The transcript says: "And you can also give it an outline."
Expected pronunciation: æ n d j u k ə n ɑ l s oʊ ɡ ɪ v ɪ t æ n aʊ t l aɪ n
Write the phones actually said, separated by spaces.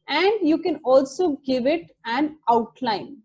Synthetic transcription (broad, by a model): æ n d j u k ə n ɑ l s oʊ ɡ ɪ v ɪ t æ n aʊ t l aɪ n